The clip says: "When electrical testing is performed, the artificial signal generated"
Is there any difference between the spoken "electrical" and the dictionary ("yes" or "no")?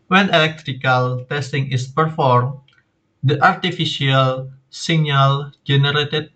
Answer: no